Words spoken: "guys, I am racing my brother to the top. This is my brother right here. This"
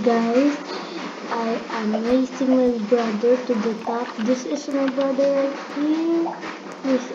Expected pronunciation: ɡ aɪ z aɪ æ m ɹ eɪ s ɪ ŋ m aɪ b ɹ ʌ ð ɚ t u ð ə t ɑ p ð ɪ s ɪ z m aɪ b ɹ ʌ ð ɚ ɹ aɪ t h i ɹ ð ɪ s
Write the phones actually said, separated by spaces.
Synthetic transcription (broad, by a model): ɡ aɪ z aɪ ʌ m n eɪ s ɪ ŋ m aɪ b ɹ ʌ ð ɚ t u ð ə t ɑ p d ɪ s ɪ s m aɪ b ɹ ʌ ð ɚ l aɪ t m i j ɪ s